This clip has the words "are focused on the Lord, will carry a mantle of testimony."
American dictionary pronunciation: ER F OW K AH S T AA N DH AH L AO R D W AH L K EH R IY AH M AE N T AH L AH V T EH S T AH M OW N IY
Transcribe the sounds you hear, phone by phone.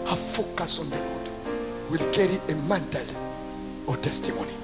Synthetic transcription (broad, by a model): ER F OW K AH S AA N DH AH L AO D W AH L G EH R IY AH M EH N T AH L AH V T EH S T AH M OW N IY